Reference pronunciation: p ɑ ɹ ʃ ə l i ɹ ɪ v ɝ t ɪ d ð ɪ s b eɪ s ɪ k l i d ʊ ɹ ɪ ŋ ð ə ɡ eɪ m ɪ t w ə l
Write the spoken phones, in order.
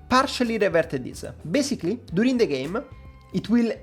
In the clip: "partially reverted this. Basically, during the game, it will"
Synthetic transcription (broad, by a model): p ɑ ɹ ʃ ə l i ɹ ɪ v ɝ t ɪ d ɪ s b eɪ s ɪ k l i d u ɹ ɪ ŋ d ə ɡ eɪ m ɪ t w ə l